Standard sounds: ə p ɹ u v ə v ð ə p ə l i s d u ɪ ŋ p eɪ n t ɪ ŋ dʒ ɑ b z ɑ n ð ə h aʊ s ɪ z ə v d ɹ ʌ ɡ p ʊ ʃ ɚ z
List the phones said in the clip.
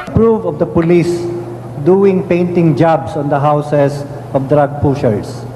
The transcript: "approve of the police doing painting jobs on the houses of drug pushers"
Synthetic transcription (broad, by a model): p ɹ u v ə v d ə p ə l i s d u ɪ ŋ p eɪ n t ɪ ŋ dʒ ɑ b s ɑ n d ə h aʊ s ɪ s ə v d ɹ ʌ ɡ p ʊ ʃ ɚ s